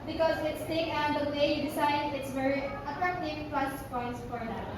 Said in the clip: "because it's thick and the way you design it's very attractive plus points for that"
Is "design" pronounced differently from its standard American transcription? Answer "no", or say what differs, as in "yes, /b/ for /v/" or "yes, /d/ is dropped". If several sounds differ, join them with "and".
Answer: yes, /s/ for /z/